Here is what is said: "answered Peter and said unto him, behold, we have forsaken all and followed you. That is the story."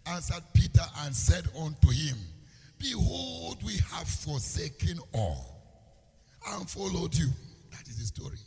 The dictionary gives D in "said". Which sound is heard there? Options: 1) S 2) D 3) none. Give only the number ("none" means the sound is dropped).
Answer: 2